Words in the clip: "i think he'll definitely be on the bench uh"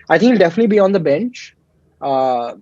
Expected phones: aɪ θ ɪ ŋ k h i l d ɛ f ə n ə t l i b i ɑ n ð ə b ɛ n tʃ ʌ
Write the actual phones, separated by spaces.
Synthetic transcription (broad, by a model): aɪ t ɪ ŋ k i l d ɛ f ə n ə t l i b i ɑ n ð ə b ɛ n tʃ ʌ